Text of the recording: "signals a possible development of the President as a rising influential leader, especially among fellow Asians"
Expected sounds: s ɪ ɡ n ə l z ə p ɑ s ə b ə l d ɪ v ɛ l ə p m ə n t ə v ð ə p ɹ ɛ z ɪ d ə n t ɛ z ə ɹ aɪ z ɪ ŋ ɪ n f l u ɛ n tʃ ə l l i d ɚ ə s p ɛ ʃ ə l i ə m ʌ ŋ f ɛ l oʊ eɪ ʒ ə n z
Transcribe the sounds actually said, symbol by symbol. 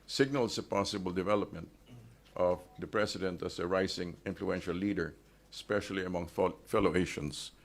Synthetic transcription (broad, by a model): s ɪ ɡ n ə l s ə p ɑ s ə b ə l d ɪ v ɛ l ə p m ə n t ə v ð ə p ɹ ɛ s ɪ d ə n t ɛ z ə ɹ aɪ s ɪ ŋ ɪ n f l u ɛ n ʃ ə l l i d ɚ s p ɛ ʃ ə l i ə m ʌ ŋ f ɛ l oʊ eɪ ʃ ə n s